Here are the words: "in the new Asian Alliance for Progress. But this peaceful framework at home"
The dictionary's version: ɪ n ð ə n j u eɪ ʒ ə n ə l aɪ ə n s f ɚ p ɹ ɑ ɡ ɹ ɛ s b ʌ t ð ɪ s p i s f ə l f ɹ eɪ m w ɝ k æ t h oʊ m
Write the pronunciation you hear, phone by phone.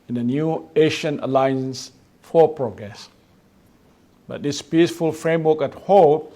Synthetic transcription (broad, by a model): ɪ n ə n j u eɪ ʃ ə n ə l aɪ ə n s f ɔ p ɹ ɑ ɡ ɹ ɛ s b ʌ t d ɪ s p i s f ə l f ɹ eɪ m w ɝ k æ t h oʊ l